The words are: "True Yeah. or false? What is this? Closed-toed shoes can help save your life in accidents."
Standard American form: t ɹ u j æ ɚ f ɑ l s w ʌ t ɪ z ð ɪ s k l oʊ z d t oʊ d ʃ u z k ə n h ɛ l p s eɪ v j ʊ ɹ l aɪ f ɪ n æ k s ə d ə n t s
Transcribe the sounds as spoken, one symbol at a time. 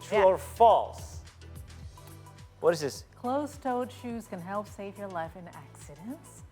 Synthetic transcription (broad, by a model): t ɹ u ɚ f ɑ l s w ʌ t ɪ z ð ɪ s k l oʊ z t oʊ d ʃ u z k ə n h ɛ l p s eɪ v j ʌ ɹ l aɪ f ɪ n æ k s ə d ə n t s